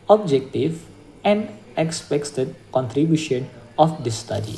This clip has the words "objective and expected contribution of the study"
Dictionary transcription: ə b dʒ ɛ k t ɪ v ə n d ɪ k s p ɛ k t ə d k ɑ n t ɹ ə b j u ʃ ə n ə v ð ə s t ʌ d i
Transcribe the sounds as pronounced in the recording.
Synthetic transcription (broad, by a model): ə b dʒ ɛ k t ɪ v ə n d ɪ k s p ɛ k t ə d k ɑ n t ɹ ə b j u ʃ ə n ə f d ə s t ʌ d i